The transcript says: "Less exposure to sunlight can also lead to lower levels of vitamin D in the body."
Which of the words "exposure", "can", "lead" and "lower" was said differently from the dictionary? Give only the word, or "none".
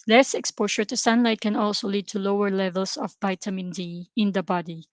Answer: exposure